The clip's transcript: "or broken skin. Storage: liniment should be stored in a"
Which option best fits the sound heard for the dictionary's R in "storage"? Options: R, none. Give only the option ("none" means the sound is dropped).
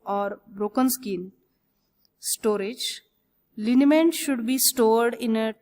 R